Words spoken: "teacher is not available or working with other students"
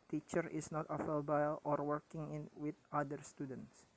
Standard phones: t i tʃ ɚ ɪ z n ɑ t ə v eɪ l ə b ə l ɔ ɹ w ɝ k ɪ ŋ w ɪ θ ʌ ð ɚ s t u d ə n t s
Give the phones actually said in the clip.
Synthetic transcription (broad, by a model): t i tʃ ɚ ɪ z n ɑ t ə f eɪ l b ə l ɔ ɹ w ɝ k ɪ ŋ w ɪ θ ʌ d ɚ s t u d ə n t s